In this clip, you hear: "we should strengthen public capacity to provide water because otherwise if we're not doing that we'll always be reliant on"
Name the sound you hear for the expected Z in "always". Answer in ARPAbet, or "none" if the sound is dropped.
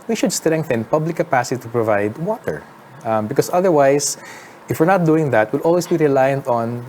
S